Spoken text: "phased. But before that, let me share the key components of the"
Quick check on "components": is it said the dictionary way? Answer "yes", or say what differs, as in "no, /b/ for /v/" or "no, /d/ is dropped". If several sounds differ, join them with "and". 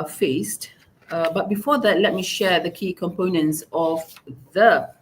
yes